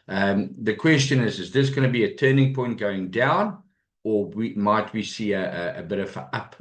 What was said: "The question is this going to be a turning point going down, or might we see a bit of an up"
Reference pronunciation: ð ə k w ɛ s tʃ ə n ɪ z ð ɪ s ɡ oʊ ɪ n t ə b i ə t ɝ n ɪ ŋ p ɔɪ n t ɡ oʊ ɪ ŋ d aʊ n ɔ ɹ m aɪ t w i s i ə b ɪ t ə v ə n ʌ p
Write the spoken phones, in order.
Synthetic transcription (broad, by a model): ð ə k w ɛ s tʃ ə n ɪ z ð ɪ s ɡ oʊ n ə b i ə t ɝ n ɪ ŋ p ɔɪ n t ɡ oʊ ɪ ŋ d aʊ n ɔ w m aɪ t w i s i ə b ɪ t ə v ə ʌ p